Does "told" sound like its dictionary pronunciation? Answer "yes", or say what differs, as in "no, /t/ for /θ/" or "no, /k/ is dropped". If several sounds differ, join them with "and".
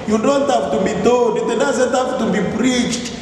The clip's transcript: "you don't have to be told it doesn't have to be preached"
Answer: no, /n/ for /l/